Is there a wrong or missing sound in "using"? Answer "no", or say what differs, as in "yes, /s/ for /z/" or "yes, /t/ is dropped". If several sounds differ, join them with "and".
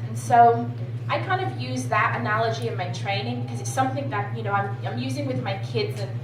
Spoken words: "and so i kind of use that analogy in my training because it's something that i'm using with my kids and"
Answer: no